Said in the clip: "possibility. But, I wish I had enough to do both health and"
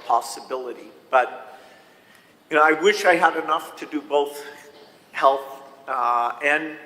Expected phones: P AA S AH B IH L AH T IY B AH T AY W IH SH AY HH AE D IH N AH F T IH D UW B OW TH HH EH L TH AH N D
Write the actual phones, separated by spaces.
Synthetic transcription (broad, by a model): P AA S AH B IH L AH T IY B AH T AY W IH SH AY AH D IH N AH F T IH D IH B OW TH HH EH L TH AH N